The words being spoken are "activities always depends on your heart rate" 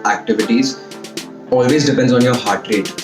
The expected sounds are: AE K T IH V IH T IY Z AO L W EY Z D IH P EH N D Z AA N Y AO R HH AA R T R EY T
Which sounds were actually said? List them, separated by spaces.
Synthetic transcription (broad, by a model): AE K T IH V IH T IY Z AO L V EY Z D IH P EH N D Z AA N Y AO R HH AA R T R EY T